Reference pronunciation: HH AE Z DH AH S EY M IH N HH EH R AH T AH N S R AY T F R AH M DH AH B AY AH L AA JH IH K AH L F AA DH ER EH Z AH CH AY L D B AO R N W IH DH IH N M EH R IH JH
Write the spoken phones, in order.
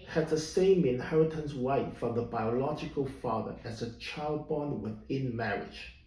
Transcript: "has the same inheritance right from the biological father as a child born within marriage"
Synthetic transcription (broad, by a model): HH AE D DH AH S EY M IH N HH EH R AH T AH N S W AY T F R AH M DH AH B AY AH L AA JH IH K AH L F AA DH ER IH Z AH CH AY L D B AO N W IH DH IH N M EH R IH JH